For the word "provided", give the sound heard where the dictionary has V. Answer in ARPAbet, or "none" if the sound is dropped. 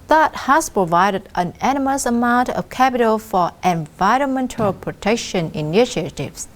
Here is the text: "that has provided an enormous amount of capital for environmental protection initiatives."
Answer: V